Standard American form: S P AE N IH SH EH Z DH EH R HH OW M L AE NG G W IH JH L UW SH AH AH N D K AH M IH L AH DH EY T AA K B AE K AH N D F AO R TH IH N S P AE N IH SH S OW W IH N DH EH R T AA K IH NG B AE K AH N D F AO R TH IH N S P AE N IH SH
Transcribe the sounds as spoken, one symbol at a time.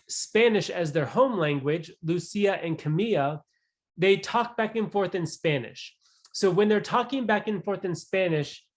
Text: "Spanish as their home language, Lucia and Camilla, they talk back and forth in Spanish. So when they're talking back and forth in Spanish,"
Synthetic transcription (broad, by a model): S P AE N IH SH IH Z DH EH R HH OW M L AE NG G W IH JH L UW S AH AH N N K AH M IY AH DH EY T AA K B AE K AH N F AO R TH IH N S P AE N IH SH S OW W IH N DH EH R T AA K IH NG B AE K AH N F AO R TH IH N S P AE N IH SH